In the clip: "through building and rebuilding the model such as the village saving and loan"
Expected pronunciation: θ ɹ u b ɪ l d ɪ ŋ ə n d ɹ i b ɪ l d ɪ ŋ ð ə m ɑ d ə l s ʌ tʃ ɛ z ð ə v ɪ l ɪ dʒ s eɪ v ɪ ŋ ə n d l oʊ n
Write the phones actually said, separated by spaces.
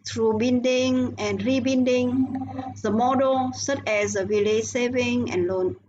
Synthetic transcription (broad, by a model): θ ɹ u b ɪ n d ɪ ŋ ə n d ɹ i b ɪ n d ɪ ŋ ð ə m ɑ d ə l s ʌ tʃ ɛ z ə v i l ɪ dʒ s eɪ v ɪ ŋ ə n l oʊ n